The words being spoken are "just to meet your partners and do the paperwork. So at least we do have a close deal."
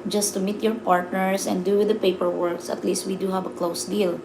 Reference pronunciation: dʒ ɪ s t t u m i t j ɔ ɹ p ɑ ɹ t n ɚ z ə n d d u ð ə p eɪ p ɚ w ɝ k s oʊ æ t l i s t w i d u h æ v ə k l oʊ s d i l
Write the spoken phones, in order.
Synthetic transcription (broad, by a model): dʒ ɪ s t t u m i t j ɔ ɹ p ɑ ɹ t n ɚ s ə n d d u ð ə p eɪ p ɚ w ɝ k s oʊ t l i s t w i d u h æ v ə k l oʊ s d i l